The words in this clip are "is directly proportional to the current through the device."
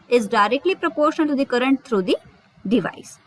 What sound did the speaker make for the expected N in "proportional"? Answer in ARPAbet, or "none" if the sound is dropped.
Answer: none